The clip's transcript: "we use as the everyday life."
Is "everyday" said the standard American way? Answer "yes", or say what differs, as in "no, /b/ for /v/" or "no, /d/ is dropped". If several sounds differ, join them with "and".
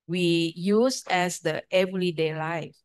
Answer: no, /l/ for /ɹ/